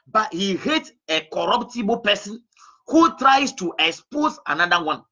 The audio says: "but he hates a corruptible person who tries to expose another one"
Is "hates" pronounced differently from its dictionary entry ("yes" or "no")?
yes